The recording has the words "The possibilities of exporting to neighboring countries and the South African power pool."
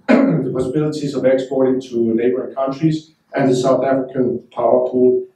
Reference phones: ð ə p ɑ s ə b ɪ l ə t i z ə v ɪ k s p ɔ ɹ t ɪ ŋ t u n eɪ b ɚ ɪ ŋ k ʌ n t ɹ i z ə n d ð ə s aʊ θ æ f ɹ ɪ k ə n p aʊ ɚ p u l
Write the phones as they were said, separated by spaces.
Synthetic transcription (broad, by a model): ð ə p ɑ s ə b ɪ l ə t i z ə v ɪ k s p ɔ ɹ t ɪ t u n eɪ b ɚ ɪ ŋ k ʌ n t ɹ i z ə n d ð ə s aʊ θ æ f ɹ ɪ k ə n p aʊ ɚ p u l